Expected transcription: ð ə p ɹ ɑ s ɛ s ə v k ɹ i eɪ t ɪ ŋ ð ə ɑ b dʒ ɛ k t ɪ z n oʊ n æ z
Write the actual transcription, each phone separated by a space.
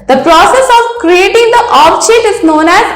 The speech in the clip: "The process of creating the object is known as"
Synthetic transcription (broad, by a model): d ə p ɹ ɑ s ɛ s ə v k ɹ i eɪ t ɪ ŋ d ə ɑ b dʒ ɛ t ɪ z n oʊ n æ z